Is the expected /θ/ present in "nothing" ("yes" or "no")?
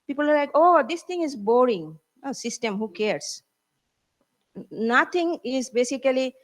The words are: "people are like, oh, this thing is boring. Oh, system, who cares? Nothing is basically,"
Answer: no